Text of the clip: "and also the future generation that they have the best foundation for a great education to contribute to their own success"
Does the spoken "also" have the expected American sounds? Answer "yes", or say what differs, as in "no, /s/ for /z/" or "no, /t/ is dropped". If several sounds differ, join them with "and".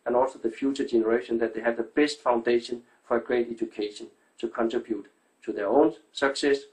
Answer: yes